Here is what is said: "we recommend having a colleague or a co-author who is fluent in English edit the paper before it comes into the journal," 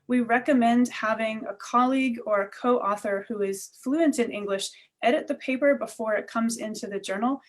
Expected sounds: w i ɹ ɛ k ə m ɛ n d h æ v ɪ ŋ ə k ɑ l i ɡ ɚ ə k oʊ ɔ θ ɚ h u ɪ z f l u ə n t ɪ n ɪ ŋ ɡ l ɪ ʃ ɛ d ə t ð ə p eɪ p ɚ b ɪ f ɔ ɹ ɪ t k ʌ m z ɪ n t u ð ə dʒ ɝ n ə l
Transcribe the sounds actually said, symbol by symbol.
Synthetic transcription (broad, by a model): w i ɹ ɛ k ə m ɛ n d h æ v ɪ ŋ ə k ɑ l i ɡ ɚ ə k oʊ ɔ θ ɚ h u ɪ z f l u ə n t ɪ n ɪ ŋ ɡ l ɪ ʃ ɛ d ə t ð ə p eɪ p ɚ b ɪ f ɔ ɹ ɪ t k ʌ m z ɪ n t u ð ə dʒ ɝ n l